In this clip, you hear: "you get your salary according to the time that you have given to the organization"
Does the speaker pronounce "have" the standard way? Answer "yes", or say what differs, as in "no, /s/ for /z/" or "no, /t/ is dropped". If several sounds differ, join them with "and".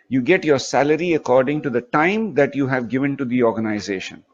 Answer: yes